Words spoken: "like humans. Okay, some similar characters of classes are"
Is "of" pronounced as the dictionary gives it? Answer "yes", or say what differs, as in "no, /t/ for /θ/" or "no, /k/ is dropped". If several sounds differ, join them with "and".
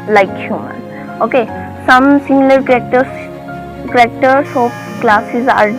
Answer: no, /p/ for /v/